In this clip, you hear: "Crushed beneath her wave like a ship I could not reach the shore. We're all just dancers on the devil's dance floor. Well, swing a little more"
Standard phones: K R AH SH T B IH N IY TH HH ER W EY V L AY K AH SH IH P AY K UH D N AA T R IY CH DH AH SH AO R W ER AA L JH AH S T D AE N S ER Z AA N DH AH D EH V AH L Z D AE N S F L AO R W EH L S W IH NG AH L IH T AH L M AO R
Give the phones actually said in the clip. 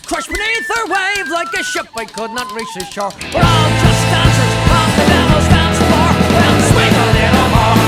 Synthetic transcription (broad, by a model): K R AH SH B IH N IY TH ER W EY V L AY K AH SH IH P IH K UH D N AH T R IY CH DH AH SH AO R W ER AA L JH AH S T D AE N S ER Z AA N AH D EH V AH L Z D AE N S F AO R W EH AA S W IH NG AH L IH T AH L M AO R